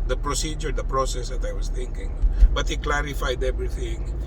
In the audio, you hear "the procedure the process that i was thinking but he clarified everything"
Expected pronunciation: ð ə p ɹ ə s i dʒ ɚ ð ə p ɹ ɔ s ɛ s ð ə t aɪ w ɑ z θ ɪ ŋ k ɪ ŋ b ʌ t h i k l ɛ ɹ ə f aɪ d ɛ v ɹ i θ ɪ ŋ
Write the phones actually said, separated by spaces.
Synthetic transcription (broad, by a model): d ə p ɹ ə s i dʒ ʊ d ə p ɹ ɔ s ɛ s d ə t aɪ w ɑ s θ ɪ ŋ k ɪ ŋ b ʌ t h i k l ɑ ɹ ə f aɪ d ɛ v ɹ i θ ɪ ŋ